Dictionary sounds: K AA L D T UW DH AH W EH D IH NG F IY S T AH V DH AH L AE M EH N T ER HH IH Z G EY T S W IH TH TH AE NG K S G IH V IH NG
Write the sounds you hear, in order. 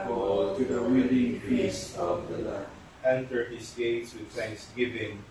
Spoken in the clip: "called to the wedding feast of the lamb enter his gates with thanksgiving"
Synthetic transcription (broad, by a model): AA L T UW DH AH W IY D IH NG P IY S AH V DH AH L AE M EH N T ER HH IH S G EY T S W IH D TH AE NG K S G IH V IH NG